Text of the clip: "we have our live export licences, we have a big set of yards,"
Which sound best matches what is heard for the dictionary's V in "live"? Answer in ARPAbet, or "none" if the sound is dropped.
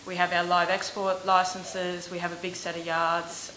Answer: V